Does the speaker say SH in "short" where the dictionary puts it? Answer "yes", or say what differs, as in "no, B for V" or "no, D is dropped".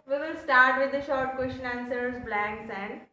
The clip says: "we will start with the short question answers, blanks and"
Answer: yes